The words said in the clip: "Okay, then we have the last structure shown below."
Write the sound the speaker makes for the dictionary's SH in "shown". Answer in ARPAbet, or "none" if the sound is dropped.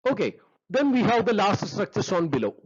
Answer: S